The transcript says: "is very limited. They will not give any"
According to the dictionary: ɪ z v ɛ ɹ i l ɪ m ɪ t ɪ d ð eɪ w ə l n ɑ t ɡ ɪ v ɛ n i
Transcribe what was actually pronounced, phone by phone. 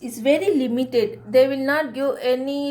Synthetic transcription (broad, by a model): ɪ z v ɛ ɹ i l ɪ m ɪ t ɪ d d eɪ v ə l n ɑ t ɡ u ɛ n i